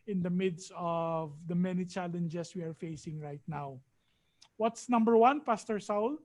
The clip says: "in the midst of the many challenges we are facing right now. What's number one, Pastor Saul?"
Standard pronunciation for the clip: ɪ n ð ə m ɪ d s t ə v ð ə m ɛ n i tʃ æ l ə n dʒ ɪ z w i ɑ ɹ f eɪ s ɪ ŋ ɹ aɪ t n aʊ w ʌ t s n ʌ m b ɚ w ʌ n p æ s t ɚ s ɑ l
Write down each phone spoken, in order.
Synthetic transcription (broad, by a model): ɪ n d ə m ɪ d s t ə v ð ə m ɛ n i tʃ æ l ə n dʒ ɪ s w i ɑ ɹ f eɪ s ɪ ŋ ɹ aɪ t n aʊ w ʌ t s n ʌ m b ɚ w ʌ n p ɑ s t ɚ s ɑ l